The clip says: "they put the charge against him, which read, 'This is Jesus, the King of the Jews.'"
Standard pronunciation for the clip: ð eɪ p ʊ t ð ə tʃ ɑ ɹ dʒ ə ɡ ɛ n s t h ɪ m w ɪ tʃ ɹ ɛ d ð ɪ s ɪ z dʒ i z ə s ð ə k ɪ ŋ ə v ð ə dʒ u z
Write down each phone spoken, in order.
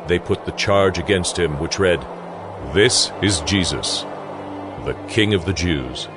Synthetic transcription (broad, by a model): ð eɪ p ʊ t ð ə tʃ ɑ ɹ dʒ ə ɡ ɛ n s t h ɪ m w ɪ tʃ ɹ ɛ d ð ɪ s ɪ z dʒ i z ə s ð ə k ɪ ŋ ə v ð ə dʒ u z